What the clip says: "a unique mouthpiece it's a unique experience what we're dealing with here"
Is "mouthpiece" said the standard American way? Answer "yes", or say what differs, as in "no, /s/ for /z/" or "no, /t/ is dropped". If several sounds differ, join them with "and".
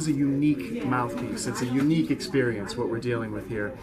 yes